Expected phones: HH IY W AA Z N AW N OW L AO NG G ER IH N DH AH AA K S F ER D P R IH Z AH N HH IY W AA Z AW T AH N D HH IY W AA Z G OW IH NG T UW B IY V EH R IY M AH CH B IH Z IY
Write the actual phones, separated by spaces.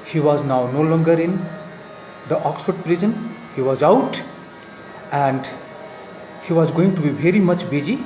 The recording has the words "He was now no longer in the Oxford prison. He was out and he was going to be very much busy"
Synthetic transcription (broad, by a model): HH IY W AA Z N AW N OW L AO NG G ER IH N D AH AA K S F ER D P R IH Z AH N HH IY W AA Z AW T AH N D HH IY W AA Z G OW IH NG T UW B IY V EH R IY M AH CH B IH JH IY